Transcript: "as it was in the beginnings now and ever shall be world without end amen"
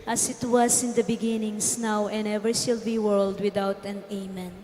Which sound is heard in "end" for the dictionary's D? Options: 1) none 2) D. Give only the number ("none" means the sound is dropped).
1